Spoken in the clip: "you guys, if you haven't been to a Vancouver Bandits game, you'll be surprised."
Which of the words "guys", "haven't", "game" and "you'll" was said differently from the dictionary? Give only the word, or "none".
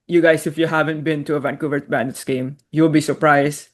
guys